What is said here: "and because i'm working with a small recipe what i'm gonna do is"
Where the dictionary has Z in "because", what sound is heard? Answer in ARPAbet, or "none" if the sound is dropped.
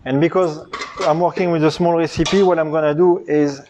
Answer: Z